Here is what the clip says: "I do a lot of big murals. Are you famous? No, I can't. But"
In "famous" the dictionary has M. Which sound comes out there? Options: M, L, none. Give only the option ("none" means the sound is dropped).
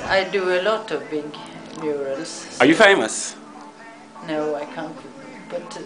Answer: M